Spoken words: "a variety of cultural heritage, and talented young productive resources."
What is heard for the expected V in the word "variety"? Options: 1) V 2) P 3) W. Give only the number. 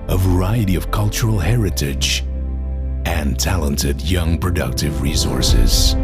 1